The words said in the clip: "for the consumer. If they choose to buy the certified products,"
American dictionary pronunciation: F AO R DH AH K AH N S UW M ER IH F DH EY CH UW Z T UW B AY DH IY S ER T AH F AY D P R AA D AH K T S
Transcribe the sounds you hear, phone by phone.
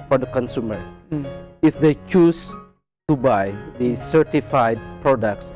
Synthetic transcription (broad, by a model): F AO R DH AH K AH N S UW M ER IH F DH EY CH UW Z T UW B AY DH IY S ER T AH F AY D P R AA D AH K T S